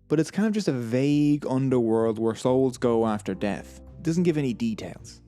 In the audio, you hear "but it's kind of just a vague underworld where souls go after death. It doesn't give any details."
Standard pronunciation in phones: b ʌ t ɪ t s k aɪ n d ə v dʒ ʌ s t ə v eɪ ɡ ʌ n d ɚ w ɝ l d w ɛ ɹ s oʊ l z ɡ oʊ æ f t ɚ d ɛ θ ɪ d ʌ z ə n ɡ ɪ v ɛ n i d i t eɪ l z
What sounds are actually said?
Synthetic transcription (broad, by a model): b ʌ t ɪ t s k aɪ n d ə v dʒ ʌ s t ə v eɪ ɡ ʌ n d ɚ w ɝ l d w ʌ ɹ s oʊ l z ɡ oʊ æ f t ɚ d ɛ θ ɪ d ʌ z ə n ɡ ɪ v ɛ n i d i t eɪ l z